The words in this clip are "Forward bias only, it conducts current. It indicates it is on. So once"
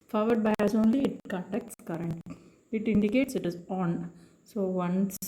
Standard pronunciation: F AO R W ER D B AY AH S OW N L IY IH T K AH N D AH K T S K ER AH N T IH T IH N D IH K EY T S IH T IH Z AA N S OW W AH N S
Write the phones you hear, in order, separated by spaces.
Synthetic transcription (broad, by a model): F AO R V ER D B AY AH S OW N L IY IH T K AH N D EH K T S K ER AH N T IH T IH N D IH K EY T S IH T IH Z AA N S OW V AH N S